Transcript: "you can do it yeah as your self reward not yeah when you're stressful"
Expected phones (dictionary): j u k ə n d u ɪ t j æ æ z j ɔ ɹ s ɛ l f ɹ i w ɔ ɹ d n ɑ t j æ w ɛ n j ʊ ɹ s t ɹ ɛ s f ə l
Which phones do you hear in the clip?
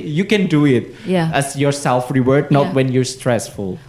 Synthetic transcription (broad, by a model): j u k ə n d u ɪ t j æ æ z j ɔ ɹ s ɛ l f ɹ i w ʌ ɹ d n ɑ t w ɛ n j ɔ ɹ s t ɹ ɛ s f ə l